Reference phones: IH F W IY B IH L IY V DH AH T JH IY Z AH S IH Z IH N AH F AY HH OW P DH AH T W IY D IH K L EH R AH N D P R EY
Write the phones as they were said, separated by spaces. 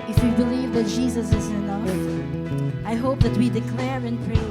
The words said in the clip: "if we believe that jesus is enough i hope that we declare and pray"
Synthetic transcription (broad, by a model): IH F W IY B IH L IY V DH AH T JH IY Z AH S IH Z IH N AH AY HH OW P DH AH T W IY D IH K L EH R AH N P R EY